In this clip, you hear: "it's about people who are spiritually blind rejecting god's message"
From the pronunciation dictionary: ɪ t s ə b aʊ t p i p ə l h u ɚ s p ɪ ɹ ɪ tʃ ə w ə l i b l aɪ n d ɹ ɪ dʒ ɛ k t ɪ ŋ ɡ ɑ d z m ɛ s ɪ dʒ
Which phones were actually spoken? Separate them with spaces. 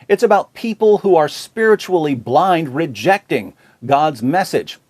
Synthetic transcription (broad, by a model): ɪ t s ə b aʊ t p i p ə l h u ɚ s p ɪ ɹ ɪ tʃ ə l i b l aɪ n d ɹ ɪ dʒ ɛ k t ɪ ŋ ɡ ɑ d z m ɛ s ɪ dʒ